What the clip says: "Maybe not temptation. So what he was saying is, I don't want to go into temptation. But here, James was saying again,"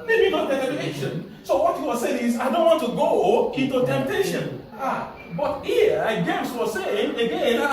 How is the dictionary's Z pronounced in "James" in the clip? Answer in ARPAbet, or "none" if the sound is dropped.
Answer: S